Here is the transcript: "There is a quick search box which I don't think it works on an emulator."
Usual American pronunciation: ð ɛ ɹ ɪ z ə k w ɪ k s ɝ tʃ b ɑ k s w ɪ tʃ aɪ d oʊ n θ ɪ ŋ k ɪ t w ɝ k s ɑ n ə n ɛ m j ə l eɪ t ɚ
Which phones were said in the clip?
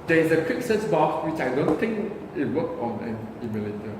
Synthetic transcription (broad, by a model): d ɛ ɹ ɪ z ə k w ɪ k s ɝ s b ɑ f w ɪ tʃ aɪ d oʊ n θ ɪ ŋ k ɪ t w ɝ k ɑ n ə n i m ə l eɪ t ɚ